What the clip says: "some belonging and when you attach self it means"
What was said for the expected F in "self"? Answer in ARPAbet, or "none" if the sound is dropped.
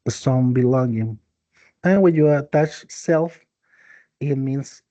F